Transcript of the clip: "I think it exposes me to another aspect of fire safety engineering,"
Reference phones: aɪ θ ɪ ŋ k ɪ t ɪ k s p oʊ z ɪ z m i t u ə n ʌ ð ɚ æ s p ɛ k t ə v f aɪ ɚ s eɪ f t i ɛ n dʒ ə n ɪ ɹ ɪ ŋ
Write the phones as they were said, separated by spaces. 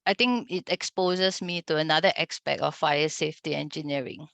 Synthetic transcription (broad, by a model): aɪ t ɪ ŋ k ɪ t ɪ k s p oʊ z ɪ s m i t u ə n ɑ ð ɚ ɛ s p ɛ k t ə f aɪ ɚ s eɪ f t i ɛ n dʒ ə n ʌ ɹ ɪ ŋ